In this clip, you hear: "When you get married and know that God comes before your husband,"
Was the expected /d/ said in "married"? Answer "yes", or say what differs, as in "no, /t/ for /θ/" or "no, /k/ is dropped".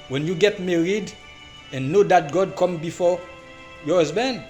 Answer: yes